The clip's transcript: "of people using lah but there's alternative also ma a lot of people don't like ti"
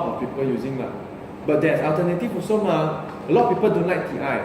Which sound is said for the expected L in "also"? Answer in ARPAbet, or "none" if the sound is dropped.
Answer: none